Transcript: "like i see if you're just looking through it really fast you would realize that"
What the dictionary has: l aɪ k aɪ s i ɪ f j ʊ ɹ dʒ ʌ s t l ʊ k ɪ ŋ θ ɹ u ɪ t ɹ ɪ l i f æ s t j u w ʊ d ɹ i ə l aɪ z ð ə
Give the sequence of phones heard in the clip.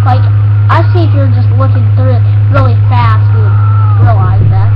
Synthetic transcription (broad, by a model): l aɪ k aɪ s i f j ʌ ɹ dʒ ʌ s t w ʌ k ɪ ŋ θ ɹ u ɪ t ɹ ɪ l i f æ s t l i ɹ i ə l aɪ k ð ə